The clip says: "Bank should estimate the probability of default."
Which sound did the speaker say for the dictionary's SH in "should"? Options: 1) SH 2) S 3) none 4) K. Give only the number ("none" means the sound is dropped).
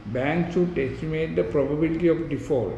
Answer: 2